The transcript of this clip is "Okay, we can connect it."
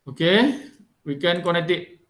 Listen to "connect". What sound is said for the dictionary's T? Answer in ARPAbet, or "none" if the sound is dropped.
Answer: T